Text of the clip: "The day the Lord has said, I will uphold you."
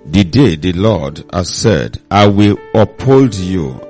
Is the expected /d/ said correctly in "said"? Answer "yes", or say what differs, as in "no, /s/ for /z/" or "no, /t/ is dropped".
yes